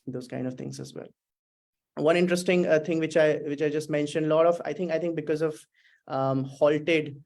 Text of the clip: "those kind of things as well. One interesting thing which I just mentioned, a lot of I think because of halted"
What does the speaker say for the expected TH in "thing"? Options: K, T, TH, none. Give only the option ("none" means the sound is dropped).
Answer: T